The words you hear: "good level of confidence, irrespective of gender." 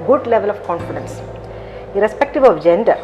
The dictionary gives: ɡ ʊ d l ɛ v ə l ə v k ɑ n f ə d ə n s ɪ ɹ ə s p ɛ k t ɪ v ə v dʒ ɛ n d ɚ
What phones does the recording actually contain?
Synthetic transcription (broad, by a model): ɡ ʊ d l ɛ v ə l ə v k ɑ n f ə d ə n s ɪ ɹ ə s p ɛ k t ɪ v ə v dʒ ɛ n d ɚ